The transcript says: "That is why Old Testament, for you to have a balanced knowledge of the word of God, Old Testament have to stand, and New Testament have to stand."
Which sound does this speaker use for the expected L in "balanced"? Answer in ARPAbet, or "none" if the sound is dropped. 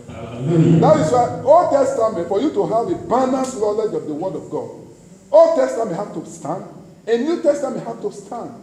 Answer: N